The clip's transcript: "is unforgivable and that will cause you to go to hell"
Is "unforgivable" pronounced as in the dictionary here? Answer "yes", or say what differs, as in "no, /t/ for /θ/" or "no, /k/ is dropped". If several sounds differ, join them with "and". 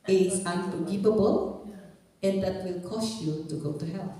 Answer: no, /p/ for /f/